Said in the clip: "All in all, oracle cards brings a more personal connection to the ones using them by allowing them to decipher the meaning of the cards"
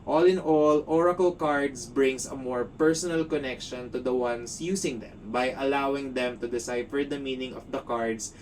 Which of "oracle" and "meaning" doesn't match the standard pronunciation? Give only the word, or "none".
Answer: none